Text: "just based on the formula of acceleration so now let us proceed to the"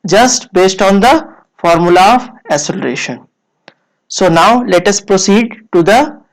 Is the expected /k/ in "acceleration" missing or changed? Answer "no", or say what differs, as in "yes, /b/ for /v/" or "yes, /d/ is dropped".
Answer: yes, /k/ is dropped